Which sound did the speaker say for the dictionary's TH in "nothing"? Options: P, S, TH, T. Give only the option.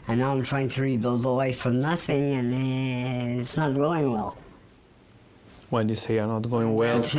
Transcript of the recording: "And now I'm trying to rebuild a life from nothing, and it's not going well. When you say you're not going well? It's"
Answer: TH